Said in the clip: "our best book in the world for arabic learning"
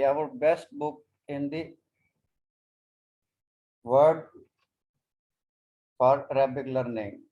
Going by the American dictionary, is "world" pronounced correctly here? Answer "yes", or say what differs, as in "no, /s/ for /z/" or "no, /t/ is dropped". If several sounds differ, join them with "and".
no, /l/ is dropped